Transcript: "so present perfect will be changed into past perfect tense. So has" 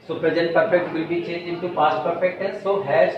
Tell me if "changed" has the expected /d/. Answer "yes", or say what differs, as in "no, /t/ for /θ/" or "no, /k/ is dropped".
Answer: no, /d/ is dropped